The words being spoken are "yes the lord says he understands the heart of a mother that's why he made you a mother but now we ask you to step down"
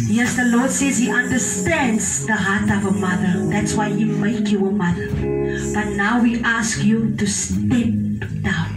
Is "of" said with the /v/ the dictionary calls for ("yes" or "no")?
yes